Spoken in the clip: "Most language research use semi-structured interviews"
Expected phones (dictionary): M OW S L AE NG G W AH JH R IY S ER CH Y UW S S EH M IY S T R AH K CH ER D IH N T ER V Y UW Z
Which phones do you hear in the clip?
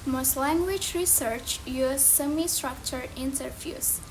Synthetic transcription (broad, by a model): M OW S L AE NG G W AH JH R IY S ER CH Y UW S S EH M IY S T R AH K CH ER IH N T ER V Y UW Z